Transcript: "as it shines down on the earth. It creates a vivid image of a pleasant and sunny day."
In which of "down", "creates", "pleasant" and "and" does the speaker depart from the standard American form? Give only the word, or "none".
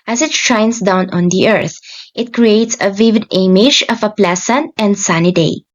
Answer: pleasant